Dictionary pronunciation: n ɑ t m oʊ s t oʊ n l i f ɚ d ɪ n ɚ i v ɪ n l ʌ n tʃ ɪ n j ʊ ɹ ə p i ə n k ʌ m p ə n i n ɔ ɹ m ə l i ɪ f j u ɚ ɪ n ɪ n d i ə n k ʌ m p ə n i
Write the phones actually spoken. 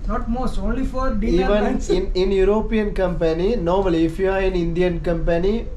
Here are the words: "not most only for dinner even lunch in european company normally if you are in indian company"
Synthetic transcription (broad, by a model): n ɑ t m oʊ s t oʊ n l i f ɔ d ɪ i v ɪ n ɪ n ɪ n j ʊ ɹ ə p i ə n k ʌ m p ə n i n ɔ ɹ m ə l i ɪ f j u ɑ ɪ n ɪ n d i ə n k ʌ m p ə n i